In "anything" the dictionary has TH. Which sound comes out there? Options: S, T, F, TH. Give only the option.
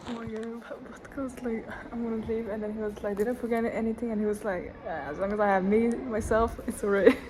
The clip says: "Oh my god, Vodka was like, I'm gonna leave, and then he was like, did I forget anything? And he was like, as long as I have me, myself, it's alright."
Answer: TH